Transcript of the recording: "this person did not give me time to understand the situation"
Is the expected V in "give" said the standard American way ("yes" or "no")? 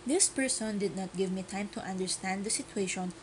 yes